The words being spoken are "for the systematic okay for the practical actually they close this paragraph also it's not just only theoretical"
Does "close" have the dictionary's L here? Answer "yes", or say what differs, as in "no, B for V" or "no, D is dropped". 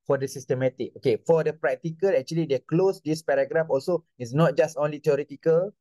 yes